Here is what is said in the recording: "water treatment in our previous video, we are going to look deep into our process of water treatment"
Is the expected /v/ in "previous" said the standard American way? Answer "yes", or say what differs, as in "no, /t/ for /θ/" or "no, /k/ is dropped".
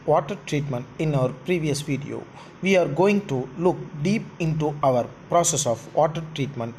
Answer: yes